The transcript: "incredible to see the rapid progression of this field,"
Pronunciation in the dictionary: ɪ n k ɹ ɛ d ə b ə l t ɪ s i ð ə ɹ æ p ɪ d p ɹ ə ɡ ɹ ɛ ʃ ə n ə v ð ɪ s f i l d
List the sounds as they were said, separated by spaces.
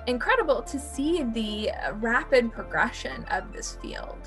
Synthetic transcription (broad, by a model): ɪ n k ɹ ɛ d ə b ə l t ɪ s i ð ə ɹ æ p ɪ d p ɹ ə ɡ ɹ ɛ ʃ ə n ə v ð ɪ s f i l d